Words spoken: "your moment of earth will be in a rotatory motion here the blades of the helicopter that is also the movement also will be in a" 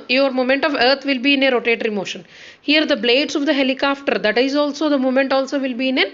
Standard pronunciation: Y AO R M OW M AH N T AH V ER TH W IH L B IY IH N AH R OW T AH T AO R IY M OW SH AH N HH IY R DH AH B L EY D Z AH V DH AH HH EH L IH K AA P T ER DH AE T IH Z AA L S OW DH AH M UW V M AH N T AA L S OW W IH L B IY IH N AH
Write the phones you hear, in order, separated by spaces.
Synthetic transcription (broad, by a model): Y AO R M OW M AH N T AH V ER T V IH L B IY IH N AH R OW T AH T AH R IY M OW SH AH N HH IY R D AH B L EY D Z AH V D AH HH EH L IH K AA P T ER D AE T IH Z AA L S OW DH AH M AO M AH N T AA L S OW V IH L B IY IH N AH